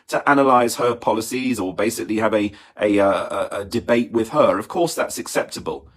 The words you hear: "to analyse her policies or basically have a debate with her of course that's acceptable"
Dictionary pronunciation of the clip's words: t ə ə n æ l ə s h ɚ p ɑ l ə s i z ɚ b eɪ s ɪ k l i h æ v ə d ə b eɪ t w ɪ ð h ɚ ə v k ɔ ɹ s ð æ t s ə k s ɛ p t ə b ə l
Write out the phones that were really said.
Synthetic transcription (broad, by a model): t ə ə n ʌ l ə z h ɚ p ɑ l ə s i z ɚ b eɪ s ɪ k l i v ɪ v ə d ə b eɪ t w ɪ ð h ɚ ə v k ɔ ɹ s ð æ t s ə k s ɛ p t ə b ə l